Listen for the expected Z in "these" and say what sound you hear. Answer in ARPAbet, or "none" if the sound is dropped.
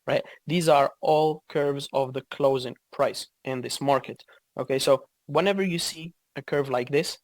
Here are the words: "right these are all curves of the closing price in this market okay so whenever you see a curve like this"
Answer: Z